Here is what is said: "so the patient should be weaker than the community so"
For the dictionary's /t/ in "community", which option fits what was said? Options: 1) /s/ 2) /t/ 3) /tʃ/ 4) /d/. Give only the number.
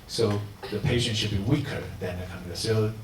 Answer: 1